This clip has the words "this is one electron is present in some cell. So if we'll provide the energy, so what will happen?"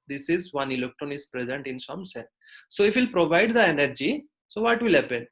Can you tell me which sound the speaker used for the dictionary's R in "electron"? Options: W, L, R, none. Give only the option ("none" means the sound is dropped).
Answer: R